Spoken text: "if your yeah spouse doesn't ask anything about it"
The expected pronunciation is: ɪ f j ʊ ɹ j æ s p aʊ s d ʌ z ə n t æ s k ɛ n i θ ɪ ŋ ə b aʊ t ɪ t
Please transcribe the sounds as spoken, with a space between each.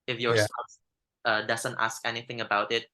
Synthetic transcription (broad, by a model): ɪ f j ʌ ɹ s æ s ʌ d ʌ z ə n t æ s k ɛ n i θ ɪ ŋ ə b aʊ t ɪ t